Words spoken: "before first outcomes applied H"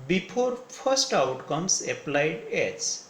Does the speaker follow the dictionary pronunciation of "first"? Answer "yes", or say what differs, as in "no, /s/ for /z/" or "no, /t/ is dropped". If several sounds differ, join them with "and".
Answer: no, /p/ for /f/